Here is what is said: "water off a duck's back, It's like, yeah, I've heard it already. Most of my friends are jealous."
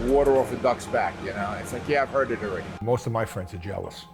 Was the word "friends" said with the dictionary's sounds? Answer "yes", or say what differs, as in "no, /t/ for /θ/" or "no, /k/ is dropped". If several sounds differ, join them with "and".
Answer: yes